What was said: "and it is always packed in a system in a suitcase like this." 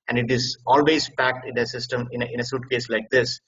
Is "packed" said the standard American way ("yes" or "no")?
yes